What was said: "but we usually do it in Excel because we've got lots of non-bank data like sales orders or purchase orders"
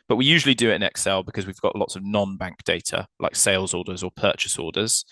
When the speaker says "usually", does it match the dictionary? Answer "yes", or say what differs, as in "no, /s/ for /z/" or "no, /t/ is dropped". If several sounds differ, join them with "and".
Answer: yes